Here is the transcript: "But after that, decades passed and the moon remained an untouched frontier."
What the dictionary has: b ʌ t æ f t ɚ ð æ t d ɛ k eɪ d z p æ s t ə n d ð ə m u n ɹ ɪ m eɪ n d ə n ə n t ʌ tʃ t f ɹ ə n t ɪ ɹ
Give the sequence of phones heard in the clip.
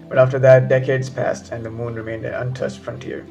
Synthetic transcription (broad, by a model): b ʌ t æ f t ɚ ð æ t d ɛ k eɪ d z p æ s t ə n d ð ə m u n ɹ ɪ m eɪ n d ə n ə n t ʌ s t f ɹ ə n t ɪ ɹ